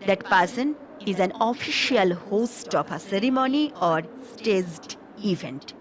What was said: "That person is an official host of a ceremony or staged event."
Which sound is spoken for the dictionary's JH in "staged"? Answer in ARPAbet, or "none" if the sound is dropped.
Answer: Z